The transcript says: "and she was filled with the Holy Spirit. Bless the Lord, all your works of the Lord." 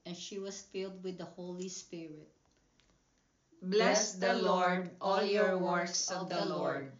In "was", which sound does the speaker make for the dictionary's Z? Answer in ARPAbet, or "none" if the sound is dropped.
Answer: S